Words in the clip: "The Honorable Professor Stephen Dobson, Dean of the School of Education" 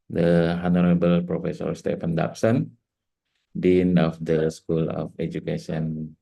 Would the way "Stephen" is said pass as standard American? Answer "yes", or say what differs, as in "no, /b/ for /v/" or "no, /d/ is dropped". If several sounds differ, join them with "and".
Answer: no, /f/ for /v/